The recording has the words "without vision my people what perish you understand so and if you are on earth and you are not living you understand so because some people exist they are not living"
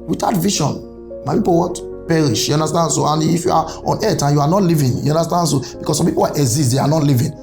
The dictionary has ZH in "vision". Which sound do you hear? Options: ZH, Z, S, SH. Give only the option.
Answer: SH